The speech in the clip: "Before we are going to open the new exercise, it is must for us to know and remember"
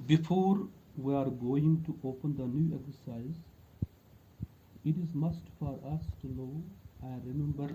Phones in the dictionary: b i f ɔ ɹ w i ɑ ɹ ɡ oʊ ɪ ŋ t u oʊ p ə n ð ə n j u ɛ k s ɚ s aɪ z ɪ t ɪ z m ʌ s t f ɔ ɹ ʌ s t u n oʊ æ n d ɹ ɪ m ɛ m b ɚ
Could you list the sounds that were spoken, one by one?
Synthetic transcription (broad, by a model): b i f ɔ ɹ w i ɑ ɹ ɡ oʊ ɪ ŋ t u oʊ p ə n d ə n j u ɛ k s ɚ s aɪ z ɪ t ɪ z m ʌ s t f ɔ ɹ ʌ s t u l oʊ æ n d ɹ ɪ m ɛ m b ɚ